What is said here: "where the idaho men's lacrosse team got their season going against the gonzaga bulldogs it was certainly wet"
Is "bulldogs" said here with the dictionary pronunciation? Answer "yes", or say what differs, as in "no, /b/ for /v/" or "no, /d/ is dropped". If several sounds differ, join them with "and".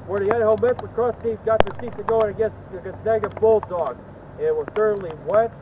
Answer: no, /z/ is dropped